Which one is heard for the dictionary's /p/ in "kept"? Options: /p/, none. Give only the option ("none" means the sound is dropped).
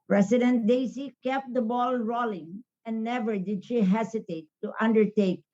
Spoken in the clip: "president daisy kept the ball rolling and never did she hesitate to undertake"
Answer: /p/